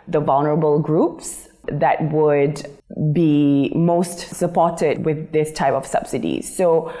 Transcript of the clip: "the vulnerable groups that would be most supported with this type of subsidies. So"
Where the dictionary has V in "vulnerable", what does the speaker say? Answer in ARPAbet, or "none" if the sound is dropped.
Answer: V